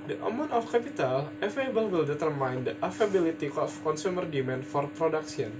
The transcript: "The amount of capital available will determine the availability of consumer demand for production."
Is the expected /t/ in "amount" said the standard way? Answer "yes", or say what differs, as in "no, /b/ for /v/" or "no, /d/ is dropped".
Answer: no, /t/ is dropped